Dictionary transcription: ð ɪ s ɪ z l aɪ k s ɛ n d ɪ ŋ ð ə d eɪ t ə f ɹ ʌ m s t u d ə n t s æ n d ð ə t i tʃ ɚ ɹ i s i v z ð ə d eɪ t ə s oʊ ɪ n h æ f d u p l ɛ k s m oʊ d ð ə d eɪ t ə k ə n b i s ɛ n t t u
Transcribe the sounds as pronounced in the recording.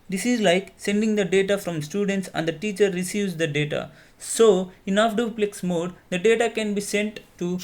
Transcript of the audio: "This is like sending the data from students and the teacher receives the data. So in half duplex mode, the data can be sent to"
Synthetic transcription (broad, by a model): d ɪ s ɪ z l aɪ k s ɛ n d ɪ ŋ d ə d eɪ t ə f ɹ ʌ m s t u d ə n t s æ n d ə t i tʃ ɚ ɹ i s i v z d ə d eɪ t ə s oʊ ɪ n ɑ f d u p l ɛ k s m oʊ d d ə d eɪ t ə k ə n b i s ɛ n t t u